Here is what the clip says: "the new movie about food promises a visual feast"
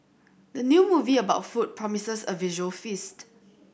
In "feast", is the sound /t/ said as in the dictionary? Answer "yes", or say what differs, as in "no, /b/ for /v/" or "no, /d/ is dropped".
yes